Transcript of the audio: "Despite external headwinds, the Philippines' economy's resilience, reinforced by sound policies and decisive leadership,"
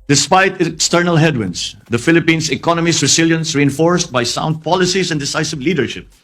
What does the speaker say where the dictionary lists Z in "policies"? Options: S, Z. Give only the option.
S